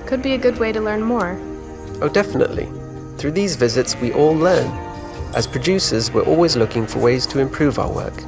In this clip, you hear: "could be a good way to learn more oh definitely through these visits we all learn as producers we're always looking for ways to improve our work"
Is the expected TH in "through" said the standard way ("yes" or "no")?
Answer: yes